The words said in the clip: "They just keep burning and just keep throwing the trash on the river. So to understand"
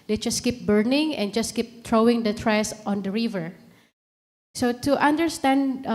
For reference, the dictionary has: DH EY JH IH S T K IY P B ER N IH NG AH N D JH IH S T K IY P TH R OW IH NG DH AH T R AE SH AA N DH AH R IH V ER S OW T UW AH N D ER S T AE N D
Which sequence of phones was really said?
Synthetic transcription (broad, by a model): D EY JH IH S K IY P B ER N IH NG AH N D JH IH S K IY P T R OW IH NG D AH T R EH S AA N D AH R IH V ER S OW T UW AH N D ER S T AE N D